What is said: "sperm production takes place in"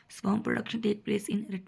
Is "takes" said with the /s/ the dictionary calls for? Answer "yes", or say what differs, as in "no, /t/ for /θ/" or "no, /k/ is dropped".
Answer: no, /s/ is dropped